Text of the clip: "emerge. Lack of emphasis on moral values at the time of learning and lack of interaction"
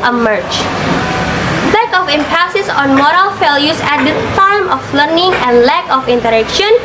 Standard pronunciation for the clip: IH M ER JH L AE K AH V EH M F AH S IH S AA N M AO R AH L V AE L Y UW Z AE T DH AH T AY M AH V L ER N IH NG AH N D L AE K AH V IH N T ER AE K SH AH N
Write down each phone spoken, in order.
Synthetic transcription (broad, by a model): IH M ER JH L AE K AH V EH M P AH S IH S AA N M AO R AH L F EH L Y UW S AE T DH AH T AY M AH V L ER N IH NG AH N D L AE K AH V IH N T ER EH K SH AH N